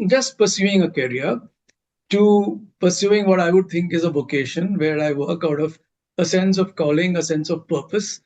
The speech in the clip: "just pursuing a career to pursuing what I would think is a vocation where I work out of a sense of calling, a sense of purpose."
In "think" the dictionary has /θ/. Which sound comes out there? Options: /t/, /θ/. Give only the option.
/t/